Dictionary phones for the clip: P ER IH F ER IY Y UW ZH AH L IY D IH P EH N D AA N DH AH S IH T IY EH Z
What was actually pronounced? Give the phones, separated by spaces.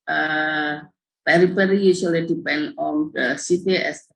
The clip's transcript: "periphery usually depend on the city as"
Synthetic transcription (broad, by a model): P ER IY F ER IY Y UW S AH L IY D IH P EH N D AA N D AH S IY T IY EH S